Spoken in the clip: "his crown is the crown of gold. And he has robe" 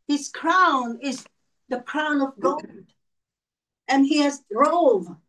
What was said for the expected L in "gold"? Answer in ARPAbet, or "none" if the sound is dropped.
N